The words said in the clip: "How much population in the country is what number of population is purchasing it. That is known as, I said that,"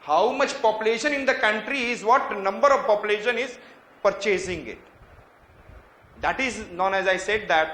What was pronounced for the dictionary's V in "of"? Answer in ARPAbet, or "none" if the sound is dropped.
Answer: V